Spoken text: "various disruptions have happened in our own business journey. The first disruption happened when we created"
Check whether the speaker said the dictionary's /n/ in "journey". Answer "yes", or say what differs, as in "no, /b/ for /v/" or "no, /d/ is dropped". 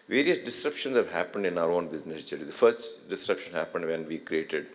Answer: no, /l/ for /n/